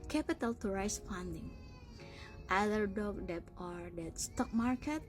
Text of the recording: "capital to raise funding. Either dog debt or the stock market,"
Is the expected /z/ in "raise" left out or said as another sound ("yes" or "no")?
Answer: yes